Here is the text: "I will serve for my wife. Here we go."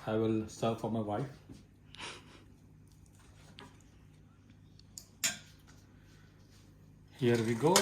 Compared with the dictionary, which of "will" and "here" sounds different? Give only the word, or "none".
none